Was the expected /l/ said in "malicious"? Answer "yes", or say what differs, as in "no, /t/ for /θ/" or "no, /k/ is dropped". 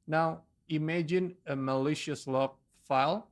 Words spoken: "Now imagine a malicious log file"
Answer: yes